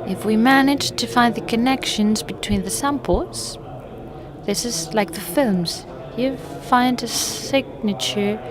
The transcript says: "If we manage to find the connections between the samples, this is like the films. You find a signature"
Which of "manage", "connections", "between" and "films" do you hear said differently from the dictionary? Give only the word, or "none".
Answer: none